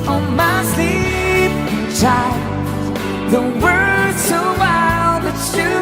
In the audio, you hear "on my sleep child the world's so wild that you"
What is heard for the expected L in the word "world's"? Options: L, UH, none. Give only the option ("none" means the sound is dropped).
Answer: none